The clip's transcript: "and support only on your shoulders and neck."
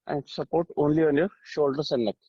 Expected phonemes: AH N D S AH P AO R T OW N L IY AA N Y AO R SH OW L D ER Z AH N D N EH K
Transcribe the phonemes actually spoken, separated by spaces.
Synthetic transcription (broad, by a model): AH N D S AH P AO R T OW N L IY AA N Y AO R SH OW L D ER S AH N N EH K